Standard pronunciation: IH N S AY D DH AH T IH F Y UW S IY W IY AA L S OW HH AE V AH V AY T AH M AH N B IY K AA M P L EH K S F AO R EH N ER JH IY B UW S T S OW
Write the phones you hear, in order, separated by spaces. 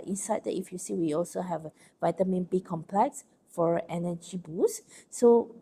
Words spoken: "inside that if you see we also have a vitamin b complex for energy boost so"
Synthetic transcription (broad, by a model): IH N S AY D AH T IH F Y UW S IY W IY AA L S OW HH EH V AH V AY T AH M AH N B IY K AA M P L EH K S F AO R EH N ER JH IY B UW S S OW